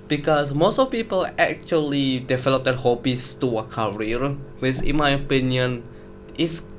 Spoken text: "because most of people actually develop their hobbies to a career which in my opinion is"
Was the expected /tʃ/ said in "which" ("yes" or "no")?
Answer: no